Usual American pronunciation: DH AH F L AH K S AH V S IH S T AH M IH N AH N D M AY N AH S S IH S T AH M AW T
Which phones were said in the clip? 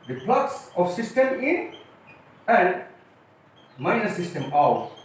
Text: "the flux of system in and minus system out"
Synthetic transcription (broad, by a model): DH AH P L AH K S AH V S IH S T AH M IH N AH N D M AY N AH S S IH S T AH M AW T